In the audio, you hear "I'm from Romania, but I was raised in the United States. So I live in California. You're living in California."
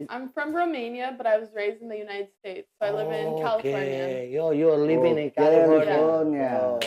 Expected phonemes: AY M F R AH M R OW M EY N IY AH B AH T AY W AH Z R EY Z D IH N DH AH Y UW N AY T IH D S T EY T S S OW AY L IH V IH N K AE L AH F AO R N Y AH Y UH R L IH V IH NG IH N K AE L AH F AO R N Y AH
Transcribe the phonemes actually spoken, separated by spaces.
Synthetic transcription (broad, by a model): AY M F R AH M R OW M EY N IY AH B AH T AY W AH Z R EY Z D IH N DH AH Y UW N AY T IH D S T EY T S S OW AY L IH IH N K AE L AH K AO Y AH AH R L IH V IH NG IH N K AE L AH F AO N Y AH